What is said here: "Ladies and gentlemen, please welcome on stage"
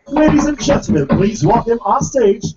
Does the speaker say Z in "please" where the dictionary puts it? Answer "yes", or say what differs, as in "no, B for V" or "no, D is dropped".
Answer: yes